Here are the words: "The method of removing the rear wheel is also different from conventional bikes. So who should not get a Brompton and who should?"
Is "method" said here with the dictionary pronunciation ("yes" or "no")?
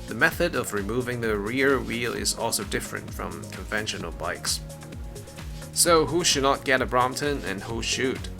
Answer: yes